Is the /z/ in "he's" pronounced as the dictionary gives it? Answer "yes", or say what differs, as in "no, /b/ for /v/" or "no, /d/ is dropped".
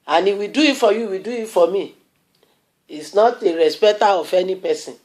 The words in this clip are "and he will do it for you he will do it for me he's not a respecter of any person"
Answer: no, /s/ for /z/